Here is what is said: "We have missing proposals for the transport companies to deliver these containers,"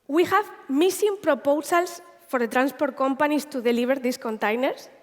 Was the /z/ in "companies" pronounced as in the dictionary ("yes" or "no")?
no